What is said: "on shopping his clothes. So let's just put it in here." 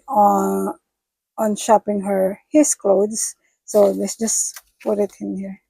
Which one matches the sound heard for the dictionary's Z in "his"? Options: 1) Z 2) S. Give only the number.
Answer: 2